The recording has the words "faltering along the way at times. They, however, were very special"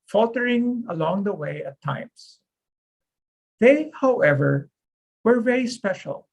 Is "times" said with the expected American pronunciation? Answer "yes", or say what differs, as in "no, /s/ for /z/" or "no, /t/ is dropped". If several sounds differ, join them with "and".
no, /s/ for /z/